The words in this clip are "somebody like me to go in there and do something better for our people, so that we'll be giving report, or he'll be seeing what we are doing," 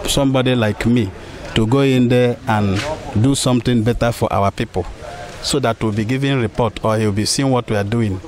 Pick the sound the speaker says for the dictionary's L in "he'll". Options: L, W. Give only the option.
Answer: W